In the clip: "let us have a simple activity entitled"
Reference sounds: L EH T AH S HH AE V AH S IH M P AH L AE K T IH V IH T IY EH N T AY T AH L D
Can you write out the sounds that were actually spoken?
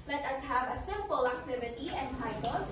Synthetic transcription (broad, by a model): L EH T AH S HH AE V AH S IH M P AH L AE K T IH V IH T IY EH N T AY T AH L